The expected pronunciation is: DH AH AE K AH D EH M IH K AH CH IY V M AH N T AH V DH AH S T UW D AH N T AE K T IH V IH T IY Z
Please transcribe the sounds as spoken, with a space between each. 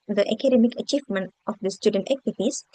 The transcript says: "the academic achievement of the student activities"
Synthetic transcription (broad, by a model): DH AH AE K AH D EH M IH K AH CH IY V M AH N T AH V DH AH S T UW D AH N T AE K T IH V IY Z